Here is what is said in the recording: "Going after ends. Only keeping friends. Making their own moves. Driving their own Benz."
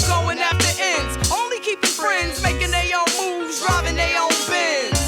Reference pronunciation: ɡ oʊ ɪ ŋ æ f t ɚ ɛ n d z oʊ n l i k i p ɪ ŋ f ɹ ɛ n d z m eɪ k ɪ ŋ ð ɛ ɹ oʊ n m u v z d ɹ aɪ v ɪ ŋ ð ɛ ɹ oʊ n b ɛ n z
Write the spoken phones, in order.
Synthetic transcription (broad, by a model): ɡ oʊ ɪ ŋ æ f t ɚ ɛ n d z oʊ n l i k i p ɪ ŋ f ɹ ɛ n d z m eɪ k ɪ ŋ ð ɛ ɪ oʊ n m u v z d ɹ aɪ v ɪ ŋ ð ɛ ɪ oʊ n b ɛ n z